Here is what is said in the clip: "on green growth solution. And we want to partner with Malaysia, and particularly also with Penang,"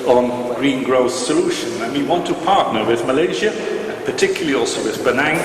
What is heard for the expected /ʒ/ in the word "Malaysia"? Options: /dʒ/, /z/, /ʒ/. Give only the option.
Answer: /ʒ/